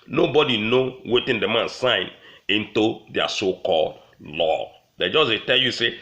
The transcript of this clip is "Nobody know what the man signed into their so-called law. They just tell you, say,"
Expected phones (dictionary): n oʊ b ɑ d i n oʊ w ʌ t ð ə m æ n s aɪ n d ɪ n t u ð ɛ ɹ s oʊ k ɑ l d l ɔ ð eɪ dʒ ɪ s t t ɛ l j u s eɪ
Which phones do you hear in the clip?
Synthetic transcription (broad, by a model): n oʊ b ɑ d i n oʊ w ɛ t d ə m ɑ n s aɪ n ɪ n t u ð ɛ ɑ s oʊ k ɑ l d l ɔ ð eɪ dʒ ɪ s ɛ t ɛ l j u s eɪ